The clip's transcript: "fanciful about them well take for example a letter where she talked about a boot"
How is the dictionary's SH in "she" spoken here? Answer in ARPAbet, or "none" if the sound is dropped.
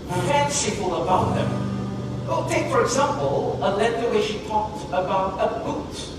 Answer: SH